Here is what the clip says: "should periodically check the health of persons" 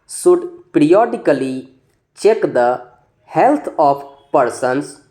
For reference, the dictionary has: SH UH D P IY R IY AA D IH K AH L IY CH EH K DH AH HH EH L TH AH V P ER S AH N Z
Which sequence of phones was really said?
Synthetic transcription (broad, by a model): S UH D P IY R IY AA D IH K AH L IY CH EH K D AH HH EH L T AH P P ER S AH N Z